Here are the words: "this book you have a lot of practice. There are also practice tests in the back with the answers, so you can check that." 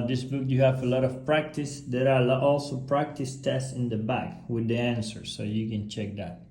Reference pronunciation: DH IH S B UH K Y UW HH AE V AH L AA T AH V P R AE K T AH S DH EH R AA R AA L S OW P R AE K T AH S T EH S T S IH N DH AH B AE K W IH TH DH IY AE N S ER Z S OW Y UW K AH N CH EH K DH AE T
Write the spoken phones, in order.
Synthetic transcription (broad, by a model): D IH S B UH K Y UW HH AE V AH L AA T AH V P R AE K T AH S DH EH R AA L AA L S OW P R AE K T AH S T EH S T S IH N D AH B AE K W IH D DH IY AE N S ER S OW Y UW K AH N CH EH K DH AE T